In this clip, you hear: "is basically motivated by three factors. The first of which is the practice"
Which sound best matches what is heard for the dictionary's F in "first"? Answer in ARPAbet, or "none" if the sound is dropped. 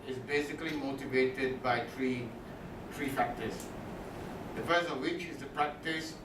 P